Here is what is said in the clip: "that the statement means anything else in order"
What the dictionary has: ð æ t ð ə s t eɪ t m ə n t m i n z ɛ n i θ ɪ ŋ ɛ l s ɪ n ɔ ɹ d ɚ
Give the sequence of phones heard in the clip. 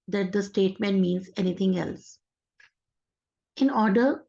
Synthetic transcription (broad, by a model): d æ t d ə s t eɪ t m ə n t m i n z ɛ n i t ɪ ŋ ɛ l s ɪ n ɔ ɹ d ɚ